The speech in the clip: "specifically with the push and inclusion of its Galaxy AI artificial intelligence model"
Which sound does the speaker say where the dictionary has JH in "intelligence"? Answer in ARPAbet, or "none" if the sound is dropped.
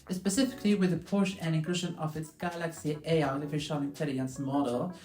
none